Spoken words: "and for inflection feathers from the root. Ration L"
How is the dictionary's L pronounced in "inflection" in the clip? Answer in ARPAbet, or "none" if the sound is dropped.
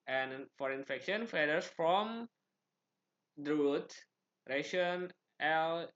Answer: none